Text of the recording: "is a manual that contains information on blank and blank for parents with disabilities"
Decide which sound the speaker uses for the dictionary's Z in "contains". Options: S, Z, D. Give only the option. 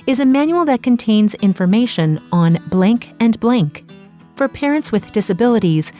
Z